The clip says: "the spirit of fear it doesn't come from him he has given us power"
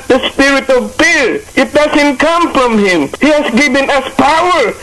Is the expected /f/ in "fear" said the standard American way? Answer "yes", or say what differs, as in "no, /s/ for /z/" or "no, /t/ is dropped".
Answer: no, /p/ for /f/